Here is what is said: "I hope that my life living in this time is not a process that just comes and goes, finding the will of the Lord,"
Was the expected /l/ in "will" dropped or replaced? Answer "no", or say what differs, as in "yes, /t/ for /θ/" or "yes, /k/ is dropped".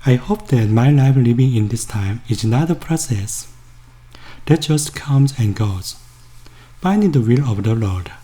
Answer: no